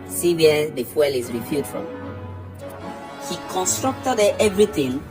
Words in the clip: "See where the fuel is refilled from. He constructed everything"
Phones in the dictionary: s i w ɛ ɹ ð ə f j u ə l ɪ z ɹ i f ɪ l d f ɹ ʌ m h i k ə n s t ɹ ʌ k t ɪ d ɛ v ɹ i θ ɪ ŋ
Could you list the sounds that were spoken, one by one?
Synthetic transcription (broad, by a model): s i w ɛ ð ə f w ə l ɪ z ɹ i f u d f ɹ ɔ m h i k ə n s t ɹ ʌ k t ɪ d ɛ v ɹ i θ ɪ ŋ